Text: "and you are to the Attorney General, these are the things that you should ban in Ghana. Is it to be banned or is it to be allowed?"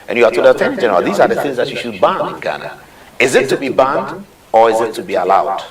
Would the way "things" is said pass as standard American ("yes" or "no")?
yes